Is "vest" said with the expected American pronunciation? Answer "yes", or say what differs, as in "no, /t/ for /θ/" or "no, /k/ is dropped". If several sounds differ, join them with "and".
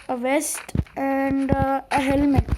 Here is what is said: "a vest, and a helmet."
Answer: yes